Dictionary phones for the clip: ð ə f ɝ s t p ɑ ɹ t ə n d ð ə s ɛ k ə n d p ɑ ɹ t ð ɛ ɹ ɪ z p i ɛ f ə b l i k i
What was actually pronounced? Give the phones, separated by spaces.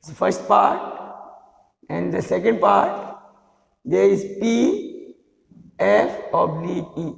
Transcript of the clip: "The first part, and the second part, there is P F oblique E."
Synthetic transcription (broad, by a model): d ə f ɝ s t p ɑ ɹ t ə n d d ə s ɛ k ə n d p ɑ ɹ t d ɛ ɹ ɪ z p i ɛ f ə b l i i